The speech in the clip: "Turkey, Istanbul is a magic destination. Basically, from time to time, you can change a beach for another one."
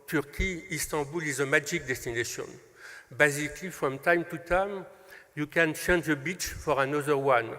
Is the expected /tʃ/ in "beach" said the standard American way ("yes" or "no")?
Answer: yes